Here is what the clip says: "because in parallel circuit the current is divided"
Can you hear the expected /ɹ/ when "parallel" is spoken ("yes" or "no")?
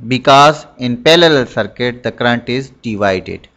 no